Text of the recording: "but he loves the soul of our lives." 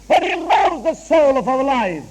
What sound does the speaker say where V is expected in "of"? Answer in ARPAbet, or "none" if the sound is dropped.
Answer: V